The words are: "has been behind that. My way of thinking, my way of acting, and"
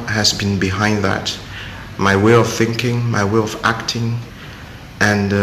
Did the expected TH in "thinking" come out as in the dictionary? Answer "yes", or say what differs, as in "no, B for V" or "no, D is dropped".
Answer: yes